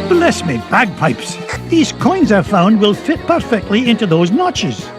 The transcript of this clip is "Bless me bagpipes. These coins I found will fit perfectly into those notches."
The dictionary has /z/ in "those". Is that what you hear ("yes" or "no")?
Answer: yes